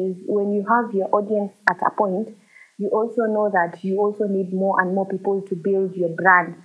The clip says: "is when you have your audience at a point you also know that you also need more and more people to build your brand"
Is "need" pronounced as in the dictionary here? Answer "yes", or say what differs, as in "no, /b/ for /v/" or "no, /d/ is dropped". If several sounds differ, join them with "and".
yes